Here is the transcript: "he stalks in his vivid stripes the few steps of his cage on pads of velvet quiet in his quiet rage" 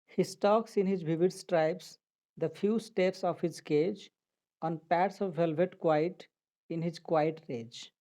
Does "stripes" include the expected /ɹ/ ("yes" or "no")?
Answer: yes